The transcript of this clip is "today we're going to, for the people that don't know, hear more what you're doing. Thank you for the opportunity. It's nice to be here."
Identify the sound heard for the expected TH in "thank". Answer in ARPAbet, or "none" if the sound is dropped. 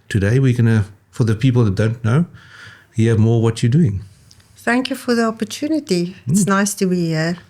TH